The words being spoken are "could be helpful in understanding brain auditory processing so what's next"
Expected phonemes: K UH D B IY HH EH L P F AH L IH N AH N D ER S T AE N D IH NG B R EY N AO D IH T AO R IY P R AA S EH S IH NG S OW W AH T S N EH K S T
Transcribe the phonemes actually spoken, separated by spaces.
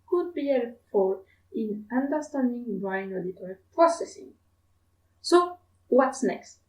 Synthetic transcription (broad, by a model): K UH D B IY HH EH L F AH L IH N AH N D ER S T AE N D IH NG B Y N AO D IH T AO R IY P R AA S EH S IH NG S OW W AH T S N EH K S T